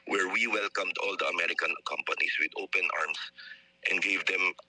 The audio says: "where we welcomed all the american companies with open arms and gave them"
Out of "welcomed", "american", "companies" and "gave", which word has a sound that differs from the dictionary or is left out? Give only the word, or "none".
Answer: companies